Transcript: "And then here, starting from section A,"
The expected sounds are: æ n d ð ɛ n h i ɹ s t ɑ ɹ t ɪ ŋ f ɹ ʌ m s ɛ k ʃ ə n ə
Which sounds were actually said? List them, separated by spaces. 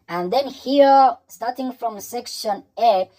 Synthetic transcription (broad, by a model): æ n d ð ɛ n h i ɹ s t ɑ ɹ t ɪ ŋ f ɹ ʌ m s ɛ k ʃ ə n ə